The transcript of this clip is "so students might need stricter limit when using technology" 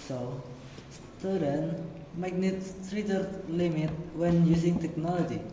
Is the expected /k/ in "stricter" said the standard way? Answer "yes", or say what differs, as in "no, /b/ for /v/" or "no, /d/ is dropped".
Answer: no, /k/ is dropped